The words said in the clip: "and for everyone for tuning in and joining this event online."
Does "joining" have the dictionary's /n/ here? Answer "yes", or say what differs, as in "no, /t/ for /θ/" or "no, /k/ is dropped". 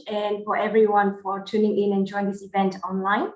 no, /n/ is dropped